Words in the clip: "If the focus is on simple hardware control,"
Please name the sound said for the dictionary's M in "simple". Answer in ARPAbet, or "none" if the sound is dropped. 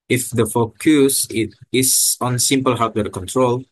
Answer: M